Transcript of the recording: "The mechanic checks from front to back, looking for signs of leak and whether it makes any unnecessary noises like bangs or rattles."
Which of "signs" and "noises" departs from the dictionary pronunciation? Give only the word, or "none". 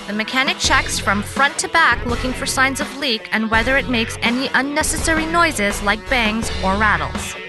none